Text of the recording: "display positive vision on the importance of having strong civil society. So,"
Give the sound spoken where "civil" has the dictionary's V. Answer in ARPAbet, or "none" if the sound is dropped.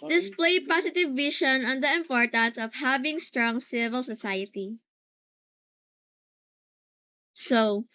V